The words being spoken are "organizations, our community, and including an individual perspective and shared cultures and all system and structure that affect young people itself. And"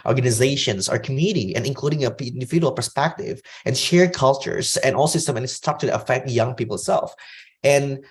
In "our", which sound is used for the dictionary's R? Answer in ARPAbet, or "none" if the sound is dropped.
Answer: R